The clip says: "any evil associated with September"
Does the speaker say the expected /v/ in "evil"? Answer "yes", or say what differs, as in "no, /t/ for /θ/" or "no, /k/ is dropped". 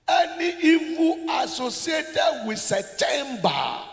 no, /f/ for /v/